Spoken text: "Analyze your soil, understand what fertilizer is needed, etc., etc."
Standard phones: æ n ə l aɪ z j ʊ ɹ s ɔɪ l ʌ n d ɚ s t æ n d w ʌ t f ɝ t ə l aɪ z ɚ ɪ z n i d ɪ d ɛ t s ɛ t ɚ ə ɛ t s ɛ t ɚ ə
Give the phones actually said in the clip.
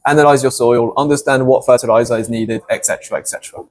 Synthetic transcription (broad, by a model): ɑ n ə l aɪ z j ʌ s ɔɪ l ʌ n d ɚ s t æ n d w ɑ t f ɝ t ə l aɪ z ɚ ɪ z n i d ɪ d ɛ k s ɛ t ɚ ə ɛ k s ɛ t ɚ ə